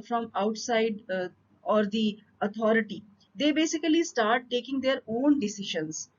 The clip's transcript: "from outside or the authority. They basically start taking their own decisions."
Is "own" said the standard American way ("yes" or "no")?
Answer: yes